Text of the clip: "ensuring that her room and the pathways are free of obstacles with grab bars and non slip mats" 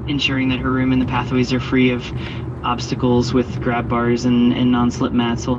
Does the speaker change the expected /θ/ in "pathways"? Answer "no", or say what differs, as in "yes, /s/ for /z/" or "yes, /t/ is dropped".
no